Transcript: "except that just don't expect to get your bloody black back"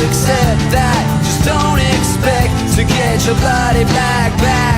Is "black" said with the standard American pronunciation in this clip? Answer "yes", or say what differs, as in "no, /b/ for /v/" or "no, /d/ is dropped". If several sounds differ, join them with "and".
no, /l/ is dropped